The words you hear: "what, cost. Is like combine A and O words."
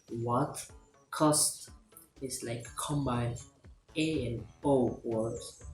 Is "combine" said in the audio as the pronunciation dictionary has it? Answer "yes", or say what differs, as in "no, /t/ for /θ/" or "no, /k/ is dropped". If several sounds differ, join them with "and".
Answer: no, /n/ is dropped